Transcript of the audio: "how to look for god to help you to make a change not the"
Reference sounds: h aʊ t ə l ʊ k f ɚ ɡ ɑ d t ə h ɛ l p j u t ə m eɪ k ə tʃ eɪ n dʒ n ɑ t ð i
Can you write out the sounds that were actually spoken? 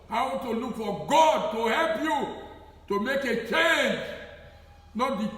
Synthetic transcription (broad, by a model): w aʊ t ə l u k f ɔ ɡ ɑ d t ə h ɛ l p j u t ə m eɪ k ə tʃ eɪ n dʒ n ɑ t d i